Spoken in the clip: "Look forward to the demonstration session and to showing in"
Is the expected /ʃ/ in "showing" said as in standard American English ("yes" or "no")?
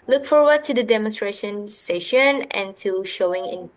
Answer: yes